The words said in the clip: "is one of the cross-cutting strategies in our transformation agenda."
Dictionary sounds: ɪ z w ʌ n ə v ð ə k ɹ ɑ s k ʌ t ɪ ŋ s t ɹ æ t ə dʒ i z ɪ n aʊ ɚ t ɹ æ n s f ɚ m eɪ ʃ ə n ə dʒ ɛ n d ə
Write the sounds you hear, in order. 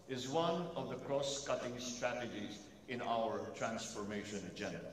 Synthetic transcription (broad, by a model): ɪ z w ʌ n ə v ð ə k ɹ ɑ s k ʌ t ɪ ŋ s t ɹ æ t ə dʒ i z ɪ n aʊ ɚ t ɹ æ n s f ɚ m eɪ ʃ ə n dʒ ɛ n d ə